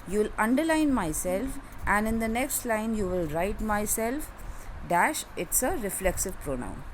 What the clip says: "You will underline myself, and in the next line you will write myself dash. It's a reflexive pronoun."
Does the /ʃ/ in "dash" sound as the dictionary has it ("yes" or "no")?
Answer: yes